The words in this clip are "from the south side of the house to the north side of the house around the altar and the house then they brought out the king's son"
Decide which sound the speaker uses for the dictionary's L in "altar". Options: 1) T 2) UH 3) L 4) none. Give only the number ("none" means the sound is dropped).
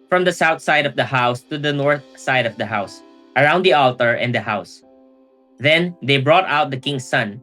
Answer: 3